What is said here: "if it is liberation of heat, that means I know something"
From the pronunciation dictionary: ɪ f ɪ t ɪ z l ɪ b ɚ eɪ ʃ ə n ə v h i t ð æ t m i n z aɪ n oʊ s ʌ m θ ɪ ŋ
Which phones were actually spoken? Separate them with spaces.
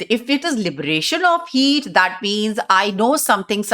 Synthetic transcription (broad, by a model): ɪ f ɪ t ɪ z l ɪ b ɚ eɪ ʃ ə n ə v h i t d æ t m i n z aɪ n oʊ s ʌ m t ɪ ŋ